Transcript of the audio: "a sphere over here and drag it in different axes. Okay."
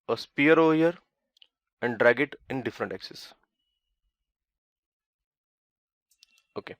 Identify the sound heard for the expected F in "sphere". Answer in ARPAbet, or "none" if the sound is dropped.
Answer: P